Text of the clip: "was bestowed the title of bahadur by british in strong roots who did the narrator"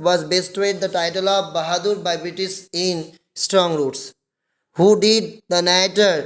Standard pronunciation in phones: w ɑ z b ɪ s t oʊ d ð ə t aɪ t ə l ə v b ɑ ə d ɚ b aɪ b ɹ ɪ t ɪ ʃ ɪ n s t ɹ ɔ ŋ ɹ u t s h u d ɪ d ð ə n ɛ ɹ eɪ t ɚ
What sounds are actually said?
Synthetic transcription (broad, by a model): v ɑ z b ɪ s t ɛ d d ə t aɪ t ə l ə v b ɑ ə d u b aɪ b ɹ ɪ t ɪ s ɪ n s t ɹ ɔ ŋ ɹ u t s h u d ɪ d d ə n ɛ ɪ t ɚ